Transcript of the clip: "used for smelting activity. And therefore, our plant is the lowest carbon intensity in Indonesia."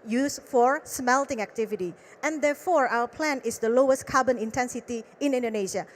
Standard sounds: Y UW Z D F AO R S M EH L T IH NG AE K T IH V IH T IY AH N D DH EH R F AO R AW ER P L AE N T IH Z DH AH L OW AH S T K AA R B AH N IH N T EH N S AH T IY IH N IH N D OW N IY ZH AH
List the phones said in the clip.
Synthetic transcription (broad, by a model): Y UW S F AO R S M EH L T IH NG AE K T IH V IH T IY AH N D EH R F AO R AW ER P L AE N IH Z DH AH L OW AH S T K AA B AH N IH N T EH N S AH T IY IH N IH N D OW N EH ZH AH